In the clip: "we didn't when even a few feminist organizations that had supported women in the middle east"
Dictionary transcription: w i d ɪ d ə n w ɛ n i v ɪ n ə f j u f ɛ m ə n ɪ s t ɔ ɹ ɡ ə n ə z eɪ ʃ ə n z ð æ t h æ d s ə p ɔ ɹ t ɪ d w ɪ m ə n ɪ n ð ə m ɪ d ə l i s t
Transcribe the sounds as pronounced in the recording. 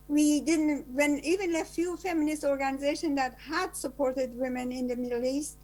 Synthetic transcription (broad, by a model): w i d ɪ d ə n w ɛ n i v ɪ n ə f j u f ɛ m ə n ɪ s t ɔ ɹ ɡ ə n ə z eɪ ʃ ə n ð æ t h æ d s ə p ɔ ɹ t ɪ d w ɪ m ə n ɪ n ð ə m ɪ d l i s t